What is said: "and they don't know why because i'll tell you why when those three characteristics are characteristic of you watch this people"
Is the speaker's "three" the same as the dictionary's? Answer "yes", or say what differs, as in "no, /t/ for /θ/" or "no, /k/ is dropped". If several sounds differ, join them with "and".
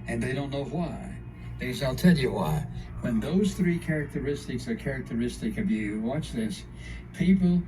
yes